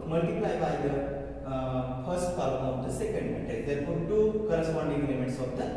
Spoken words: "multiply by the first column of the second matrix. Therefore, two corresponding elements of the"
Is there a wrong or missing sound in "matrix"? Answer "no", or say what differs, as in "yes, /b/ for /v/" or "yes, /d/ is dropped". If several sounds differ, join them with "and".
yes, /ɹ/ is dropped